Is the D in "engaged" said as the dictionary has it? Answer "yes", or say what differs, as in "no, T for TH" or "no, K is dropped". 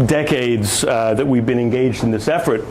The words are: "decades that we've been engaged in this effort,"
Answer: yes